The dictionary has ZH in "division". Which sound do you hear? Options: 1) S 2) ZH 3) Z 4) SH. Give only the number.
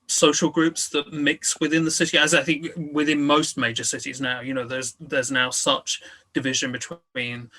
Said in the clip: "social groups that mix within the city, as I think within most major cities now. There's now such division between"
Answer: 2